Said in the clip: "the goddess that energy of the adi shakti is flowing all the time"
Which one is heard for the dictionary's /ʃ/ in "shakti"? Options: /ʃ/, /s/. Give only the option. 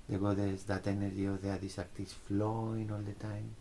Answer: /s/